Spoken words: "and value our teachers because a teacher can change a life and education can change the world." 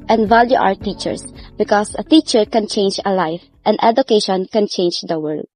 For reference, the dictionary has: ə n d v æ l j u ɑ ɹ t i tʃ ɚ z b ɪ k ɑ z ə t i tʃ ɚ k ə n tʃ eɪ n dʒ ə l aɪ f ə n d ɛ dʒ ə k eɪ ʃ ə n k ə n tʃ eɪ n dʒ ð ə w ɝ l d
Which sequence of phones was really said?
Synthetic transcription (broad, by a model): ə n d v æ l j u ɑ w t i tʃ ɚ s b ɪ k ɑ s ə t i tʃ ɚ k ə n tʃ eɪ n dʒ ə l aɪ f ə n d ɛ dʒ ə k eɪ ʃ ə n k ə n tʃ eɪ n dʒ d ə w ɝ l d